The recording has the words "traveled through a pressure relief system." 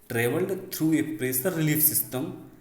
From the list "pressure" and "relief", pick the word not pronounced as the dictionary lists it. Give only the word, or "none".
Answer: pressure